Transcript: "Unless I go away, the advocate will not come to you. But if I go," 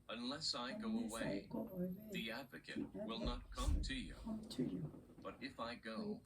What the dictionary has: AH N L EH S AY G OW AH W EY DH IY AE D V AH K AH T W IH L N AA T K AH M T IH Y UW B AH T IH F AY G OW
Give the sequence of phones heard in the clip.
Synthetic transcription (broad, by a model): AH N L EH S AY G OW AH W EY DH IY AE D V AH K AH T W IH L N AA T K AH M T IH Y UW B AH T IH F AY G OW